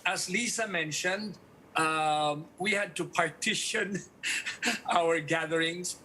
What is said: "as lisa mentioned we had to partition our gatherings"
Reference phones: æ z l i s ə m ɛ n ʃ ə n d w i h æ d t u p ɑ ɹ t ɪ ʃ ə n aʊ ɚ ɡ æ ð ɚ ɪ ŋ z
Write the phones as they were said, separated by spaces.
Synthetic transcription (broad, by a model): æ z l i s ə m ɛ n ʃ ə n d w i h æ d t u p ɑ ɹ t ɪ ʃ ə n aʊ ɚ ɡ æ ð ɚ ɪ ŋ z